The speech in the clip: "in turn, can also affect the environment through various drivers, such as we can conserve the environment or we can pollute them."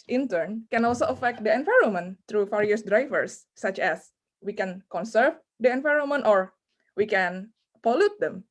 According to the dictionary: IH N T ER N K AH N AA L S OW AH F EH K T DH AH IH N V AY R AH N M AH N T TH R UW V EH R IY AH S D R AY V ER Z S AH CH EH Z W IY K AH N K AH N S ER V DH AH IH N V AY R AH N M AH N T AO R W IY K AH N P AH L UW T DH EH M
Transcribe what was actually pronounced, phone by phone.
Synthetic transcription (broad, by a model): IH N T ER N K AH N AA L S OW AH F EH K T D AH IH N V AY R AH M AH N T R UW F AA R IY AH S D R AY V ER S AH CH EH S W IY K AH N K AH N S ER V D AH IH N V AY R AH M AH N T AO R W IY K AH N P AH L UW T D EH M